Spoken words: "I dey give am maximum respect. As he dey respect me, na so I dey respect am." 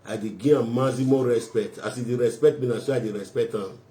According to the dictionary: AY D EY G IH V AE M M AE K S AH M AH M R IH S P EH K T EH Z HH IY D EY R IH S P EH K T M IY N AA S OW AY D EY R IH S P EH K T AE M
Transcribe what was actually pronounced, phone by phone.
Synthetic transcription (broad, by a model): AY D EY G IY AA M M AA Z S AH M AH R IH S P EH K T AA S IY D EY R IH S P EH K T M IY N AA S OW AY D EY R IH S P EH K T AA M